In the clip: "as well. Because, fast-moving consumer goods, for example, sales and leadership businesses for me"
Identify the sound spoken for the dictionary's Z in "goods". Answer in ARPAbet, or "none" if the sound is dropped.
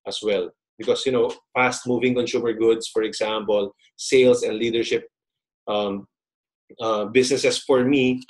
S